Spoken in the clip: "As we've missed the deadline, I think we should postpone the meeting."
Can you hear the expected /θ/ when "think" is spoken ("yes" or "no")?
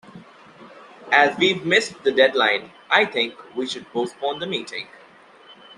no